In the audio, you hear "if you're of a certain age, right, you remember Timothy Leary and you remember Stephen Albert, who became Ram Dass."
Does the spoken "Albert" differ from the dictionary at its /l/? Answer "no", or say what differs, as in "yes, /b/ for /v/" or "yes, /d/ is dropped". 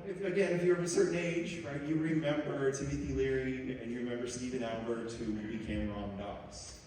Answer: yes, /l/ is dropped